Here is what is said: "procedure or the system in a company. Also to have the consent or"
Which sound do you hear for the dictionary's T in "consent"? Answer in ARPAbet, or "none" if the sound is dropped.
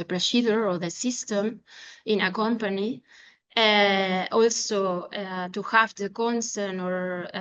none